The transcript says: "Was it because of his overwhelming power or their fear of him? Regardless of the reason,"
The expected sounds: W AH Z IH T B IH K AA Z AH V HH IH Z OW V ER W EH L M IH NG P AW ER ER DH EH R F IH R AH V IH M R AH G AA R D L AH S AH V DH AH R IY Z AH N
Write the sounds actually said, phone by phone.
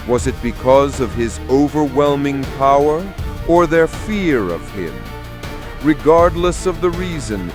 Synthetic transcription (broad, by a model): W AH Z IH T B IH K AA Z AH V IH Z OW V ER W EH L M IH NG P AW ER ER DH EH R F IH R AH V IH M R AH G AA R D L AH S AH V DH AH R IY Z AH N